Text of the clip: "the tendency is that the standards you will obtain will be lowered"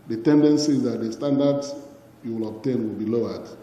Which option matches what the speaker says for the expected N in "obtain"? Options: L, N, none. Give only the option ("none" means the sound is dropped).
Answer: N